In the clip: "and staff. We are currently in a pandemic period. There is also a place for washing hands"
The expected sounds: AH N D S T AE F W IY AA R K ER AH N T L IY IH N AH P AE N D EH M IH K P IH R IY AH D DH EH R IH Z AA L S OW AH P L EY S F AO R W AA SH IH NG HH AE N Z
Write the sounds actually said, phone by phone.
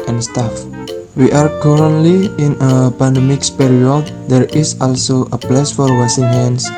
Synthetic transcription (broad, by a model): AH N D S T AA F W IY AA R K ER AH N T L IY IH N AH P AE N D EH M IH K P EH R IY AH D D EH R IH S AA L S OW AH P L EY S F AO R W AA S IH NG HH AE N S